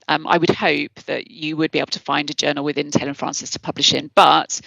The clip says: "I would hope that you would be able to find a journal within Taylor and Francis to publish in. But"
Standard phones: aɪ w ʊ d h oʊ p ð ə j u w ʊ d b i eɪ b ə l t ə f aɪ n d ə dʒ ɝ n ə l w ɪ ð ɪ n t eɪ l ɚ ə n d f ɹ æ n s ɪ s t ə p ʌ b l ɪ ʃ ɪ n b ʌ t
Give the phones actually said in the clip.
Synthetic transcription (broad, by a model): aɪ w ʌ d h oʊ p ð ə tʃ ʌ w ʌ d b i eɪ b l t ə f aɪ n d ə dʒ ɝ n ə l w ɪ ð ɪ n t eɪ l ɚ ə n f ɹ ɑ n s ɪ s t ə p ʌ b l ɪ ʃ ɪ n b ʌ t